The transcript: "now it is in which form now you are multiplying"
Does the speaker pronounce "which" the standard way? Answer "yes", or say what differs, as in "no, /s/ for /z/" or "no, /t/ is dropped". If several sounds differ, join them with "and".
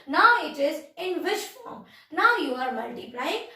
no, /ʃ/ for /tʃ/